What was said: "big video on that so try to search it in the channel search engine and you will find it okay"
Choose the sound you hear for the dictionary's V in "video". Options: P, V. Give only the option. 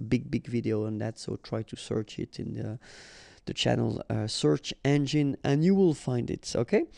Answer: V